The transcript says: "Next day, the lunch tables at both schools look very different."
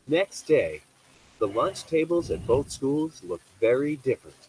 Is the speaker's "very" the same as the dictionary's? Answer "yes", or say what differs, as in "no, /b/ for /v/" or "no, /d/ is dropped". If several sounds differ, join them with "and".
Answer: yes